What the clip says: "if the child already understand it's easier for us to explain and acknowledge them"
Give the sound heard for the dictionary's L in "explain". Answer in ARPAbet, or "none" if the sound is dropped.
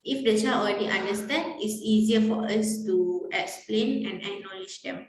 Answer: L